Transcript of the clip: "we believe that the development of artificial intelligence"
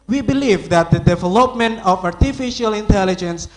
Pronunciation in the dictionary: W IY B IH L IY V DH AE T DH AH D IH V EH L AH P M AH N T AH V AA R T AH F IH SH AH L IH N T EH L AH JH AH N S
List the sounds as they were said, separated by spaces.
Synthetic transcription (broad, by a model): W IY B IH L IY V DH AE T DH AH D IH V EH L AH P M AH N T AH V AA R T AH F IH SH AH L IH N T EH L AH JH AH N S